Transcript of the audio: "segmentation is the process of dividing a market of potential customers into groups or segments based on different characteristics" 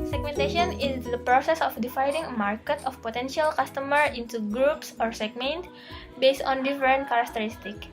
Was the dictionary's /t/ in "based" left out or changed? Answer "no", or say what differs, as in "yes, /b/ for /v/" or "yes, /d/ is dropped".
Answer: no